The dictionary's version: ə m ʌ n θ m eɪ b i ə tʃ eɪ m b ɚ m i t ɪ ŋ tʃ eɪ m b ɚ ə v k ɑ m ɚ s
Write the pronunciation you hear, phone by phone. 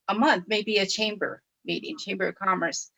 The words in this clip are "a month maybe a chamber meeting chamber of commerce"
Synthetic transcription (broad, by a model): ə m ʌ n θ m eɪ b i ə tʃ eɪ m b ɚ m i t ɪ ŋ tʃ eɪ m b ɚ ə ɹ k ɑ m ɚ s